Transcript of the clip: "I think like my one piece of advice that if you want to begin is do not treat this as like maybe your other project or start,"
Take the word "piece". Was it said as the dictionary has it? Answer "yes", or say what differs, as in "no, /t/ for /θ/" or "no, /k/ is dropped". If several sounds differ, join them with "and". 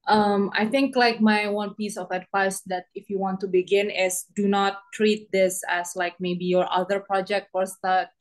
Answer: yes